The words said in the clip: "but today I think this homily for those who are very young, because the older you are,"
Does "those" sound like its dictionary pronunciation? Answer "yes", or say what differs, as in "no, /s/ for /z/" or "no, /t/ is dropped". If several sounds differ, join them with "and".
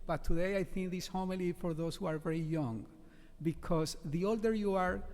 no, /s/ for /z/